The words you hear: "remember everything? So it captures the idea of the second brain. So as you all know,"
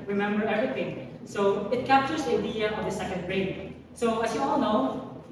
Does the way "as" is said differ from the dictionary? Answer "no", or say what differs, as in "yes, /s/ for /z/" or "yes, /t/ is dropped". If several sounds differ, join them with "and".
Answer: yes, /s/ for /z/